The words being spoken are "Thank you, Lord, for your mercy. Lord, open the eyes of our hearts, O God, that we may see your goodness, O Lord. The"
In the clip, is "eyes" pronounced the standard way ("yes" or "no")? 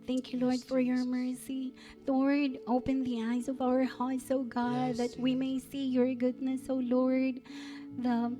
yes